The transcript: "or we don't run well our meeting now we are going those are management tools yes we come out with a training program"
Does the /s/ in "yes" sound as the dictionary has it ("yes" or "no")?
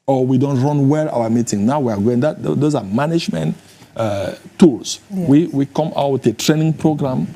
no